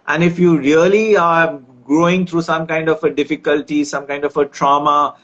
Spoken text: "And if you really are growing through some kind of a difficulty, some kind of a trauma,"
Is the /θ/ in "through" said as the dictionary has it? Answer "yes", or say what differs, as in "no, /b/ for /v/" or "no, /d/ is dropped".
no, /t/ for /θ/